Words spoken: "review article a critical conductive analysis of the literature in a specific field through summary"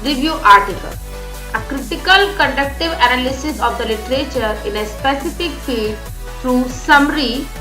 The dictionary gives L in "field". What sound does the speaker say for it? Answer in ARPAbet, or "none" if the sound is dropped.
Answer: none